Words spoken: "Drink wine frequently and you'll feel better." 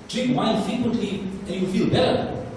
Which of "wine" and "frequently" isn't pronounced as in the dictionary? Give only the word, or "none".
frequently